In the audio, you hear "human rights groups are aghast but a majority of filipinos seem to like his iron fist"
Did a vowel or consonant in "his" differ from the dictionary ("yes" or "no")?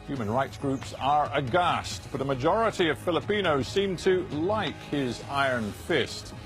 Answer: no